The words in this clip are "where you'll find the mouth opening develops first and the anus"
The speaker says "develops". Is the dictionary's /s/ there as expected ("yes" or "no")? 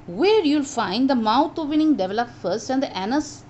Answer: no